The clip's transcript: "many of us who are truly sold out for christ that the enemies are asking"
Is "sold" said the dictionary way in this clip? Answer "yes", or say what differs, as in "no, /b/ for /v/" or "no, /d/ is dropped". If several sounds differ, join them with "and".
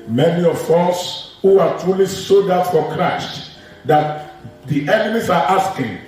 no, /l/ is dropped